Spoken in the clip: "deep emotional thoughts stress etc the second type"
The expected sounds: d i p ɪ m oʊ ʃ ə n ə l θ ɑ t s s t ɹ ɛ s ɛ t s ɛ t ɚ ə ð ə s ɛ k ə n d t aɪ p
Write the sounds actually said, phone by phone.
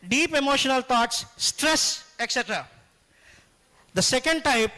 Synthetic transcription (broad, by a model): d i p ɪ m oʊ ʃ ə n ə l t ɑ t s s t ɹ ɛ s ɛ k s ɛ t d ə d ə s ɛ k ə n d t aɪ p